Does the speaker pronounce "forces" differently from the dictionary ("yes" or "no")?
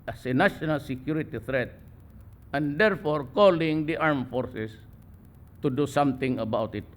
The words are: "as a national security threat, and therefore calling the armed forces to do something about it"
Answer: yes